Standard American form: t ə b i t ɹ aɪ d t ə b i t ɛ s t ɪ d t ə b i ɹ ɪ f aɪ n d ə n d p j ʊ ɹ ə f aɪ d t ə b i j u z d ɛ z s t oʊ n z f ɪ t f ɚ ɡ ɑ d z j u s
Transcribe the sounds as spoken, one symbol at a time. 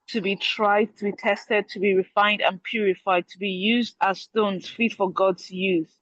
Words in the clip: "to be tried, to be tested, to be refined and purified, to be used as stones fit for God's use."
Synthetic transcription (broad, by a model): t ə b i t ɹ aɪ d t ə b i t ɛ s t ɪ d t ə b i ɹ ɪ f aɪ n d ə n p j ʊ ɹ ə f aɪ d t ə b i j u z d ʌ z s t oʊ n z f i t f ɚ ɡ ɑ d z j u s